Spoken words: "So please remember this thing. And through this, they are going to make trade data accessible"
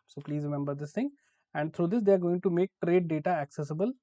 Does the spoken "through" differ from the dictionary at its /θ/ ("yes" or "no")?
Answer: yes